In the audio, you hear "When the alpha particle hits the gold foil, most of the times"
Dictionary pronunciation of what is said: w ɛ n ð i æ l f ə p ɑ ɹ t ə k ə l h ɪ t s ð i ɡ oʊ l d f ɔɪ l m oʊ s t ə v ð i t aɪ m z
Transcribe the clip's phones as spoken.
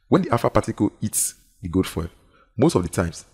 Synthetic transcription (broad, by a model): w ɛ n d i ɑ f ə p ɑ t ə k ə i t s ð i ɡ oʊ d f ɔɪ m oʊ s t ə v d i t aɪ m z